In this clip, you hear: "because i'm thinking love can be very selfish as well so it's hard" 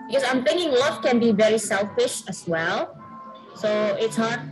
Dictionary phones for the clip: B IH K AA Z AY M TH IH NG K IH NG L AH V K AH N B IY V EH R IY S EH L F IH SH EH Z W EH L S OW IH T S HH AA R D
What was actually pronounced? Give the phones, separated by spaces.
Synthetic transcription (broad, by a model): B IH K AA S AY M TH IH NG K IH NG L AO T K AH N B IY V EH R IY S EH L F IH SH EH S W EH L S OW IH T S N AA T